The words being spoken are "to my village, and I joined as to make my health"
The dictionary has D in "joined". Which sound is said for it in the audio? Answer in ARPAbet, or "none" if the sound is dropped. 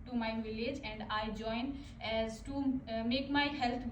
none